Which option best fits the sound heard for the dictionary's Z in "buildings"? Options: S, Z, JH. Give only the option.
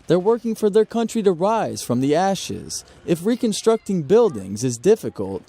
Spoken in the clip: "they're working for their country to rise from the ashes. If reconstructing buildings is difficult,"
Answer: Z